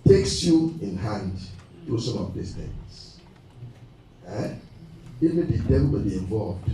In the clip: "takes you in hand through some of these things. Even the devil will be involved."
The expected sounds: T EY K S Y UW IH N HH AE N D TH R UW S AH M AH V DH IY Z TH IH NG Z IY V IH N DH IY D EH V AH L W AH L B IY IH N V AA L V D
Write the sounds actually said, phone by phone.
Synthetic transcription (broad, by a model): T EY K S Y UW IH N HH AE N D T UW S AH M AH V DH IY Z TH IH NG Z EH IH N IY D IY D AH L W AH L B IY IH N V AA L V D